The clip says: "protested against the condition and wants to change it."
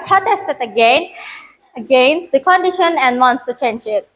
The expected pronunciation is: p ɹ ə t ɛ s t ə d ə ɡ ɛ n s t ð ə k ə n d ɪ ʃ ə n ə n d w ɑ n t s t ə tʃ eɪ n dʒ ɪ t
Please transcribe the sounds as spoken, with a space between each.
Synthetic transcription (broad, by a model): p ɹ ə t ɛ s t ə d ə ɡ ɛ n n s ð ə k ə n d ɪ ʃ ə n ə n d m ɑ n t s t ə tʃ eɪ n dʒ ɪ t